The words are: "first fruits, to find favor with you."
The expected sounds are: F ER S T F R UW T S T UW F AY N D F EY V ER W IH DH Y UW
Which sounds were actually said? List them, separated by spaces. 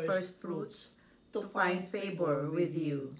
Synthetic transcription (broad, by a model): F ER S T F R UW T S T UW F AY N D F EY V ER W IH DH Y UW